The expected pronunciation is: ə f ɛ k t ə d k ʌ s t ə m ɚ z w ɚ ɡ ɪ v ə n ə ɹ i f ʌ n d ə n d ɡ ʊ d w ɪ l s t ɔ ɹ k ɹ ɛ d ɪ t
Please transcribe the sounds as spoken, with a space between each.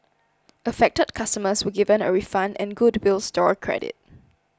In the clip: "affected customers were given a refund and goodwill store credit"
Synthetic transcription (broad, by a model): ə f ɛ k t ə d k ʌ s t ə m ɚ s w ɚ ɡ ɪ v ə n ə ɹ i f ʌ n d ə n ɡ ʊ d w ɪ l s t ɔ ɹ k ɹ ɛ d ɪ t